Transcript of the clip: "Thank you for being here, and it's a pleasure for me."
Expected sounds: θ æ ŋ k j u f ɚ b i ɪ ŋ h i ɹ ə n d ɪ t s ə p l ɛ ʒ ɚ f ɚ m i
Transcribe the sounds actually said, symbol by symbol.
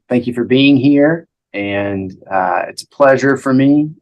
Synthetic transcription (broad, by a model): θ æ ŋ k j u f ɚ b i ɪ ŋ h i ɹ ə n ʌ ɪ t s ə p l ɛ ʒ ɚ f ɚ m i